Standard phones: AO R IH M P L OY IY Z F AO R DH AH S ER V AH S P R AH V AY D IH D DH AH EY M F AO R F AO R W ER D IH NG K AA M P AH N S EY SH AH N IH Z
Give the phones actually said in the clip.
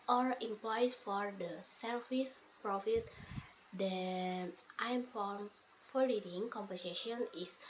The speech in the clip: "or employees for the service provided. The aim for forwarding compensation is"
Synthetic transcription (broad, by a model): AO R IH M P L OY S F AO R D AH S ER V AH S P R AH F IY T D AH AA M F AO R F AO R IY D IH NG K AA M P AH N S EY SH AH N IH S